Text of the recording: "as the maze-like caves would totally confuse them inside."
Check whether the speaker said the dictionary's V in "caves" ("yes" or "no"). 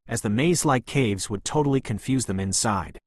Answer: yes